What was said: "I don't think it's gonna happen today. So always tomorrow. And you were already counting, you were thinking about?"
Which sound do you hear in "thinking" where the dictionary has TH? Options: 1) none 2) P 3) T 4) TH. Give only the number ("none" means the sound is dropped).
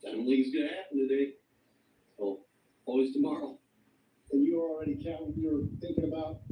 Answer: 4